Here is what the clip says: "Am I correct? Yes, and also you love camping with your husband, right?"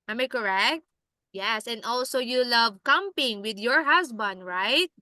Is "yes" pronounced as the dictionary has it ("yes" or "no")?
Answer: yes